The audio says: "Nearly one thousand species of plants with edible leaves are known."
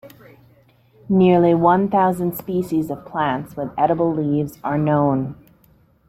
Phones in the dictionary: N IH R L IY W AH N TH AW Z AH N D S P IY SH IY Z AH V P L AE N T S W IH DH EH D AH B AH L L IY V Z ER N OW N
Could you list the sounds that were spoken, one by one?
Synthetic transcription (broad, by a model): N IH R L IY W AH N TH AW Z AH N D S P IY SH IY Z AH V P L AE N T S W IH DH EH D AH B L L IY V Z ER N OW N